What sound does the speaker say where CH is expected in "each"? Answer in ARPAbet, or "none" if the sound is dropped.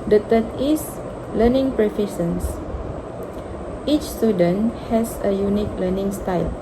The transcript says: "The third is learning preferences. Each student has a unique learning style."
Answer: CH